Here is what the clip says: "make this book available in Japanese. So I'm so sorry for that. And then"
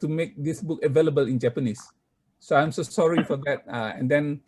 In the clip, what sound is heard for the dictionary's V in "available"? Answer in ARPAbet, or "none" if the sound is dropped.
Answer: V